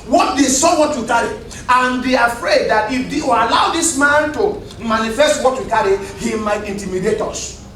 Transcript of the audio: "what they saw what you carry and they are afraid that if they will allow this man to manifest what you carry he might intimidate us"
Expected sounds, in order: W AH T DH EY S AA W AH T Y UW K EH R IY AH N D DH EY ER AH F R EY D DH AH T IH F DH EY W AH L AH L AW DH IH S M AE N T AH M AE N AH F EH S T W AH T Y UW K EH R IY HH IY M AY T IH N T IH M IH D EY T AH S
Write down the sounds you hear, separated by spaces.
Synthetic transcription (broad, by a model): W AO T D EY S AA W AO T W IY K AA R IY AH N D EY AH F R EY D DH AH T IH F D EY W AH L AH UH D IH S M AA N T AH M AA N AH F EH S T W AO T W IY K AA R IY HH IY M AY T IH N T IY M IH D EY T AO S